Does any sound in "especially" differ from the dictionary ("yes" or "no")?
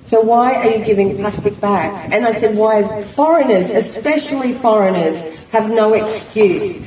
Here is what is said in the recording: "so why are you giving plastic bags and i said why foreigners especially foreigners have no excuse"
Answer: no